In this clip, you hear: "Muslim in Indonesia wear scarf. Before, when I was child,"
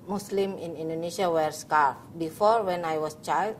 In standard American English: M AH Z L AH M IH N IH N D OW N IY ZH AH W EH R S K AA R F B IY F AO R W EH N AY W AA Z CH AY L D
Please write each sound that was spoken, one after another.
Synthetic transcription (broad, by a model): M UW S L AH M IH N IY N D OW N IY SH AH W EH R S K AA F B IY F AO R W EH N AY W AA S CH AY L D